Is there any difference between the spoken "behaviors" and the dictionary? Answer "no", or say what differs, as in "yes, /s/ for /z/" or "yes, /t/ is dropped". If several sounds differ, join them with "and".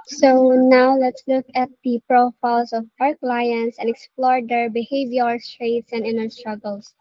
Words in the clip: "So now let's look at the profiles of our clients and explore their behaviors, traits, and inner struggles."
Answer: yes, /s/ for /z/